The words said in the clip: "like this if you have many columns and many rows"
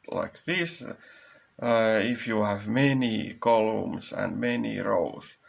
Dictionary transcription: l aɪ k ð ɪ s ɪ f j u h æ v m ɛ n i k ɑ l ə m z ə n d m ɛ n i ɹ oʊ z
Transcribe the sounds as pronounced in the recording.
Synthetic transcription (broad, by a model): l aɪ k ð ɪ s ɪ f j u h æ v m ɛ n i k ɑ l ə m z ə n d m ɛ n i ɹ oʊ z